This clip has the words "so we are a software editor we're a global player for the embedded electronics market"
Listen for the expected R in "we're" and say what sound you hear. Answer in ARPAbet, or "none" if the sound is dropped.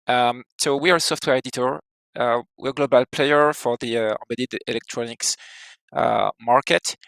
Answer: W